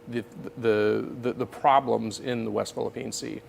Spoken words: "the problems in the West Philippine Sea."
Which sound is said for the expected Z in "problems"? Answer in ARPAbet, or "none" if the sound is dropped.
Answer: Z